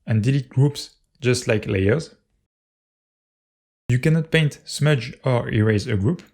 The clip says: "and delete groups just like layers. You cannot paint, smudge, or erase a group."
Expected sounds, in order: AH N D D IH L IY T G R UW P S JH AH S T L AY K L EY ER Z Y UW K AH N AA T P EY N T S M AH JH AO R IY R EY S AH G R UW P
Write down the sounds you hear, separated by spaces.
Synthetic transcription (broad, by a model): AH N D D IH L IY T G R UW P S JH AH S T L AY K L EY ER Z Y UW K AH N AA T P EY N T S M AH JH AO R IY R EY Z AH G R UW P